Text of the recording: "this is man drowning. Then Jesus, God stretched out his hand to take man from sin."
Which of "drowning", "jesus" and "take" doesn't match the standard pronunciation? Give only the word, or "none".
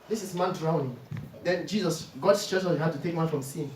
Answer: none